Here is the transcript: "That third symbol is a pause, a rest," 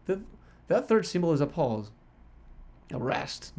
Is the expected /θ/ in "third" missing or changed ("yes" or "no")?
no